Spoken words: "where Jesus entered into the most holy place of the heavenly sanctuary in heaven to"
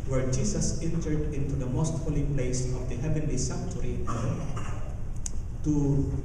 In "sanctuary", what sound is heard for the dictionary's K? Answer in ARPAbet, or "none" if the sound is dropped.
none